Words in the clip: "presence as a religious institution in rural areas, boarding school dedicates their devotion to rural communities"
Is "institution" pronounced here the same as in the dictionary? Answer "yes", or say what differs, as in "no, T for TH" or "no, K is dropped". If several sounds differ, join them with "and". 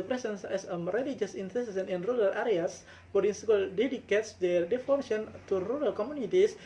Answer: no, S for SH